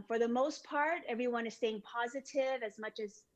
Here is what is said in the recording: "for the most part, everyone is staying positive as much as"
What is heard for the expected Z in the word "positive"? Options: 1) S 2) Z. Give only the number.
2